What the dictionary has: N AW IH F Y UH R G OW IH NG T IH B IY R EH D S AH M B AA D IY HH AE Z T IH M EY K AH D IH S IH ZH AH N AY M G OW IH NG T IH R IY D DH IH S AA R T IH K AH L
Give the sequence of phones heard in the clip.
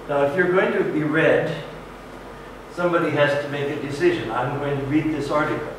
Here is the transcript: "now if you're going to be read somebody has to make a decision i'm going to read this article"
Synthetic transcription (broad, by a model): N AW IH F Y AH R G OW IH NG T IH B IY R EH D S AH M B AA D IY HH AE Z T IH M EY K AH D IH S IH ZH AH N AY M G OW IH NG T IH R IY D DH IH S AA R T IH K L